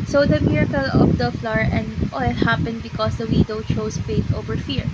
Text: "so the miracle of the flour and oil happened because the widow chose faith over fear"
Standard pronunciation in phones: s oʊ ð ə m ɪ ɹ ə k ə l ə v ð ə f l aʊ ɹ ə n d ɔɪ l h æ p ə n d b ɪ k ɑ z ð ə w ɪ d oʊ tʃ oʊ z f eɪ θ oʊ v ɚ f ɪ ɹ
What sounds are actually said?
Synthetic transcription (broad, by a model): s oʊ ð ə m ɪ ɹ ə k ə l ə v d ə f l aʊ ɹ ə n d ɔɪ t h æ p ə n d b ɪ k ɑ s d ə w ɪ d oʊ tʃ oʊ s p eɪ t oʊ v ɚ f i ɹ